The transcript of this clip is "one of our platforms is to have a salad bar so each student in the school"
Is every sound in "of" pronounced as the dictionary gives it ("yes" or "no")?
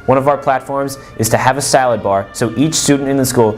yes